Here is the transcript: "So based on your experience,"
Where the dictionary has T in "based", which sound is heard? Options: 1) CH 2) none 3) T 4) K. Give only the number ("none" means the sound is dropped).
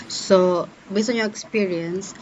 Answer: 2